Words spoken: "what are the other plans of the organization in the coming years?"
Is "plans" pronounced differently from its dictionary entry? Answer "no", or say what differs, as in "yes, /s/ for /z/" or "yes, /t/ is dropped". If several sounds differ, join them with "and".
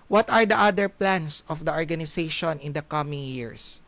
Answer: yes, /s/ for /z/